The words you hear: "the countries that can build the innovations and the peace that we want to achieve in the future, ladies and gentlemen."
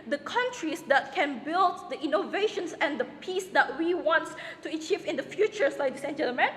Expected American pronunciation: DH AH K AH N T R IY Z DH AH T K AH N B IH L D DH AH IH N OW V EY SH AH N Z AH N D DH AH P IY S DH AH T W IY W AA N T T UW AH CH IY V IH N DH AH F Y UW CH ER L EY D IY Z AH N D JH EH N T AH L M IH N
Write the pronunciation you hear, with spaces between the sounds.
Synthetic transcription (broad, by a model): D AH K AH N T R IY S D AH T K AH N B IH L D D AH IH N OW V EY SH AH N S AH N D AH P IY S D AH T W IY W AA N T T UW AH CH IY V IH N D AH F Y UW CH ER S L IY AH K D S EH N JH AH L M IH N